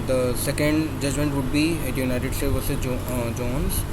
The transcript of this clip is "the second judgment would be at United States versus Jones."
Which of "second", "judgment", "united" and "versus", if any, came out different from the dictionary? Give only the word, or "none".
versus